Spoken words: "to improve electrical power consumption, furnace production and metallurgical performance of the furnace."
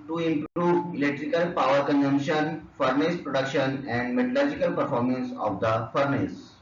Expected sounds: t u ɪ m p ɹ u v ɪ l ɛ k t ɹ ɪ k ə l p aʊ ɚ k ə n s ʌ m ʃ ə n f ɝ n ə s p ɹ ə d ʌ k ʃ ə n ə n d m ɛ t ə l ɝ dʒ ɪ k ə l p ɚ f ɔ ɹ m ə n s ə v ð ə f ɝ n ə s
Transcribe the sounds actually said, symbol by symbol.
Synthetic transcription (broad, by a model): t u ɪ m p ɹ u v ɪ l ɛ k t ɹ ɪ k ə l p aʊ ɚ k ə n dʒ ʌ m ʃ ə n f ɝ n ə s p ɹ ə d ʌ k ʃ ə n ə n d m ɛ t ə l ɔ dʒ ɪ k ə l p ɚ f ɔ ɹ m ə n s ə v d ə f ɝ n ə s